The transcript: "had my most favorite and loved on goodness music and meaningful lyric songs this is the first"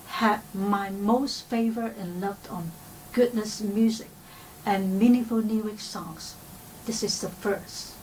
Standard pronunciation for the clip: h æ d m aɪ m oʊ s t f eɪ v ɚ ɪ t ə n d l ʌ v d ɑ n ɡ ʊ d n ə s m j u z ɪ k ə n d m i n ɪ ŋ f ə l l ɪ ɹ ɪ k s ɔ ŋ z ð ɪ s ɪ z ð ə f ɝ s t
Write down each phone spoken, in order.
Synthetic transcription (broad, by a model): h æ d m aɪ m oʊ s t f eɪ v ɚ ɪ t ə n l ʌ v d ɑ n ɡ ʊ d n ə s m j u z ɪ k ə n m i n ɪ f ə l n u w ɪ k s ɔ ŋ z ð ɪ s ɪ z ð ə f ɝ s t